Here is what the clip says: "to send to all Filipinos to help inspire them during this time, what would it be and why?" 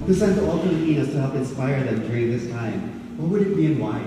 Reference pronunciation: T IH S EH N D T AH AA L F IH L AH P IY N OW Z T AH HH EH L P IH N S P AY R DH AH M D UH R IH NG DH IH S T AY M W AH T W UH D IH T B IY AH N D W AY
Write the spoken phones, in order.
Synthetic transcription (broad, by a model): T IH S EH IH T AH AA L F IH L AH IY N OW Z T AH HH EH L P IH N S P AY R DH AH M D UH R IH NG DH IH S T AY M W AH T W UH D IH T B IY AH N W AY